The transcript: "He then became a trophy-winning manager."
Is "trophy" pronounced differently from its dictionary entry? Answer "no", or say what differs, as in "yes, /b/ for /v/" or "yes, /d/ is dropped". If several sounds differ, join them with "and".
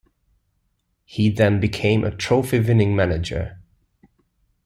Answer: no